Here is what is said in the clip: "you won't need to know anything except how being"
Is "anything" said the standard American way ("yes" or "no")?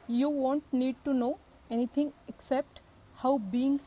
no